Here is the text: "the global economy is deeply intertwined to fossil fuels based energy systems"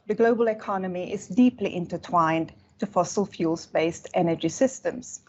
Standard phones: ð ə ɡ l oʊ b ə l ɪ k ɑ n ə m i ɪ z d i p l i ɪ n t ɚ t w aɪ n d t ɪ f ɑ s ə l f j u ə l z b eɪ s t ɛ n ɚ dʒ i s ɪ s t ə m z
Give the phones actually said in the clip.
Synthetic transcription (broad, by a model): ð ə ɡ l oʊ b ə l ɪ k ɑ n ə m i ɪ z d i p l i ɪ n t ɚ t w aɪ n t ɪ f ɑ s ə l f j u l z b eɪ s t ɛ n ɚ dʒ i s ɪ s t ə m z